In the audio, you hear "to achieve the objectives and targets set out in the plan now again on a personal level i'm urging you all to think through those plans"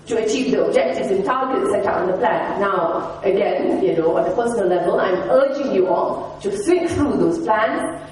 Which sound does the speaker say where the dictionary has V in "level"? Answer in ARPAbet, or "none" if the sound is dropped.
V